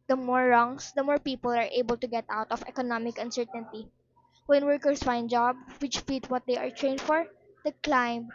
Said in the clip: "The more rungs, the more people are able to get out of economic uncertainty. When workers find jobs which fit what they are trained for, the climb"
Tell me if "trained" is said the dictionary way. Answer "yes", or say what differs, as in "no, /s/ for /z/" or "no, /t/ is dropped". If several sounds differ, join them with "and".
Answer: yes